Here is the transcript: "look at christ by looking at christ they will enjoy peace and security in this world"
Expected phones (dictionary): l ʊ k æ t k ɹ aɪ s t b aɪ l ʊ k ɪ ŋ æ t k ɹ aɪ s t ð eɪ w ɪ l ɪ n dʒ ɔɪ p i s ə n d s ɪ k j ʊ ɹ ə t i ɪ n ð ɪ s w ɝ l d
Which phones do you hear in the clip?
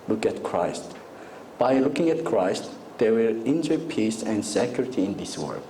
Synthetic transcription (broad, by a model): l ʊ k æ t k ɹ aɪ s t b aɪ l ʊ k ɪ ŋ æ t k ɹ aɪ s t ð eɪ w ɪ l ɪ n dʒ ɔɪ p i s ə n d s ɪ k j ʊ ɹ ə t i ɪ n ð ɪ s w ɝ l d